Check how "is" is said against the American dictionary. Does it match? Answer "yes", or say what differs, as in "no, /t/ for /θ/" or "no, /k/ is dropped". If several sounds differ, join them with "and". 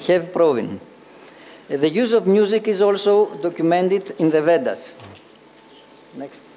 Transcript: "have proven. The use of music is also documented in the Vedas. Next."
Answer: yes